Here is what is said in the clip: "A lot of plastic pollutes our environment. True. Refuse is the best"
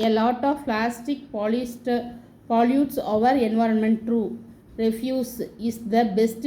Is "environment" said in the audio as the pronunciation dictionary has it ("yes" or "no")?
yes